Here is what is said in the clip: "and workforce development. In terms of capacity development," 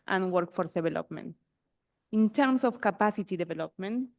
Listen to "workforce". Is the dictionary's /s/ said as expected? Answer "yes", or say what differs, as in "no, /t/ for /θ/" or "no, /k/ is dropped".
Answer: no, /s/ is dropped